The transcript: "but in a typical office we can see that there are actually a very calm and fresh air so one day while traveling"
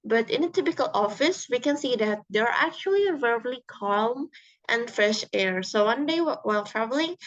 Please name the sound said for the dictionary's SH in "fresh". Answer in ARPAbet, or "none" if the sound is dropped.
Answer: SH